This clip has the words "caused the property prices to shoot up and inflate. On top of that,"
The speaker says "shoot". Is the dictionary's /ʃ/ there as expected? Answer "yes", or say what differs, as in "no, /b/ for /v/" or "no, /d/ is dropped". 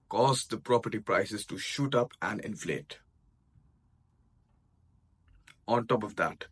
yes